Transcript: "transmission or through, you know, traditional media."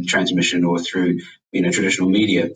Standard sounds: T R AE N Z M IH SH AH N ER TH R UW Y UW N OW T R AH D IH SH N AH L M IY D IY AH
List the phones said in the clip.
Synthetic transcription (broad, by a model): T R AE N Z M IH SH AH N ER TH R UW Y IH N OW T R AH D IH SH N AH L M IY D IY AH